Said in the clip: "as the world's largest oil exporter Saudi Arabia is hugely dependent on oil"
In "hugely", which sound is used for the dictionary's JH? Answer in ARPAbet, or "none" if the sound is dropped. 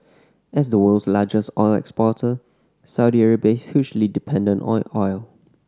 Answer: CH